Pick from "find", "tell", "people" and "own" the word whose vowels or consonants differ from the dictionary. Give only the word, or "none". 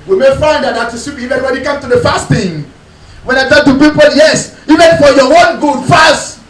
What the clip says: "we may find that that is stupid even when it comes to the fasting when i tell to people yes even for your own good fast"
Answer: tell